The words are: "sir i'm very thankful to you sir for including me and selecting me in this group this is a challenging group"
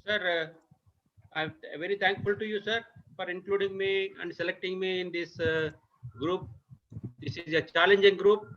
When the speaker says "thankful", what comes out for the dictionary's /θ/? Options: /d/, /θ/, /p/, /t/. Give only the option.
/t/